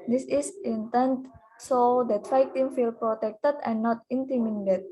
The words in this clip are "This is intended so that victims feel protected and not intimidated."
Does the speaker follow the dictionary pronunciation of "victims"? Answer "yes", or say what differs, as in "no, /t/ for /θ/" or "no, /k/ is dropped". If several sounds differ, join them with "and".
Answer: no, /f/ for /v/ and /z/ is dropped